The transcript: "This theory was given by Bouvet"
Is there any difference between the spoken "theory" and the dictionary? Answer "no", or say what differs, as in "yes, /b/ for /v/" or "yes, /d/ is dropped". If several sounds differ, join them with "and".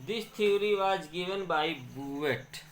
yes, /t/ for /θ/